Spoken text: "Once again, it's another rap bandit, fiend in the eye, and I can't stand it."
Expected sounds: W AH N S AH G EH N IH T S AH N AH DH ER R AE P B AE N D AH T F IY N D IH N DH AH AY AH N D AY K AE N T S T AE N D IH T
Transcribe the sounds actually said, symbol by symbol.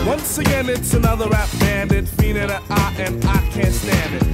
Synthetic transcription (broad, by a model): W AH N S AH G EH N IH T S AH N AH DH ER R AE F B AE N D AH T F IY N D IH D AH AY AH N AY K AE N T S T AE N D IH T